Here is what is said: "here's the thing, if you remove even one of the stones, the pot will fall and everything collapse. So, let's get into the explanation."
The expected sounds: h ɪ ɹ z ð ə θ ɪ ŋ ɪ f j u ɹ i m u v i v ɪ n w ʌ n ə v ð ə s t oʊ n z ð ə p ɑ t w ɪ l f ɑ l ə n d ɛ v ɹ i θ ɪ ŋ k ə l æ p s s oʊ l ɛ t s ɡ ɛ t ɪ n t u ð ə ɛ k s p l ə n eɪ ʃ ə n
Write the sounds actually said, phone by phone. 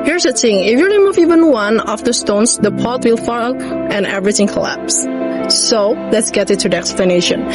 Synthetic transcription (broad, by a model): h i ɹ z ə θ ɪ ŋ ɪ f j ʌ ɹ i m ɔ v i v ɪ n w ʌ n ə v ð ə s t oʊ n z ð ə p ɑ t w ɪ l f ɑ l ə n ɛ v ɹ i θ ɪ ŋ k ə l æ p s s oʊ l ɛ t s ɡ ɛ t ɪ t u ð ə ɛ k s p l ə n eɪ ʃ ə n